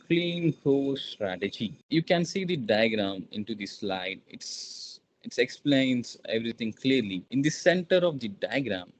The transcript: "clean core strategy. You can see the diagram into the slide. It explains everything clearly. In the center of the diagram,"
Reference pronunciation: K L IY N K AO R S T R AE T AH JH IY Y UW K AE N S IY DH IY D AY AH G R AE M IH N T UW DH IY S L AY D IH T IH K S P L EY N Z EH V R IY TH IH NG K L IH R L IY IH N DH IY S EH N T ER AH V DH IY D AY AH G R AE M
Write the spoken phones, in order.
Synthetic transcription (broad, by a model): K L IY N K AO S T R AE T AH JH IY Y UW K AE N S IY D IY D AY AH G R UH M IH N T UW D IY S L AY D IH T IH K S P L EY N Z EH V R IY T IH NG K L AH R L IY IH N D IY S EH N T ER AH V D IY D AY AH G R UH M